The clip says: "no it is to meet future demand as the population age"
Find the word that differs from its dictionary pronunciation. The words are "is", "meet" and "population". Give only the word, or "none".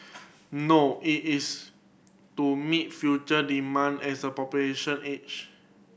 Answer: is